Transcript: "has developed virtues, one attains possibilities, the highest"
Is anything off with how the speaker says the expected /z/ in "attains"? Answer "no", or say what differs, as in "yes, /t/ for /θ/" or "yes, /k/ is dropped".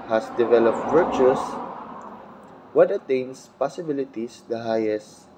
yes, /s/ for /z/